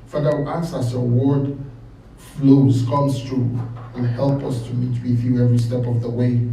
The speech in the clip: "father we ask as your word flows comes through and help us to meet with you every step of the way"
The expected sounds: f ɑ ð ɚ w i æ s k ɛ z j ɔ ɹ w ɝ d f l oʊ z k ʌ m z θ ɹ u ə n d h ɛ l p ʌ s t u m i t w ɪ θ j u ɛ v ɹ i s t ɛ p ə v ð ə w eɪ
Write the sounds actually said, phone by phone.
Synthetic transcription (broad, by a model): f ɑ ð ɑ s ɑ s ʌ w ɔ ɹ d f l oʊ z k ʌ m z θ ɹ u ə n h ɛ l p ʌ s t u m i t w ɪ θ j u ɛ v ɹ i s t ɛ p ə v ð ə w eɪ